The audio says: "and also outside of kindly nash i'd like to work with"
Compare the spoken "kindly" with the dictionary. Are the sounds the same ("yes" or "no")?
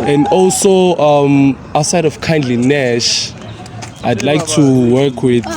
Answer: yes